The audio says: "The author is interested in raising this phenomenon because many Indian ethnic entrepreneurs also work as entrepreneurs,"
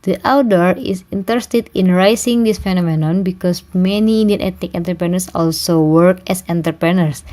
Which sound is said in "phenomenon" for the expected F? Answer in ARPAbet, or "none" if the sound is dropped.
F